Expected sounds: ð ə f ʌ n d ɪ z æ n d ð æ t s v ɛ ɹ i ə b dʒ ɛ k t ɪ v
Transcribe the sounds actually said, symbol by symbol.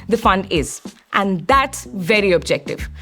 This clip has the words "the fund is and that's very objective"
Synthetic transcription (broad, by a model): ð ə f ʌ n d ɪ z æ n d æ t s v ɛ ɹ i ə b dʒ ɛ k t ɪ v